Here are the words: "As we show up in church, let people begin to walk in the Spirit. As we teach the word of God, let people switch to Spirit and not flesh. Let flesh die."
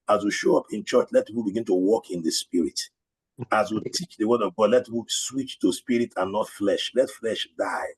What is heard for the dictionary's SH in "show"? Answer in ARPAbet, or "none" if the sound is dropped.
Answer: SH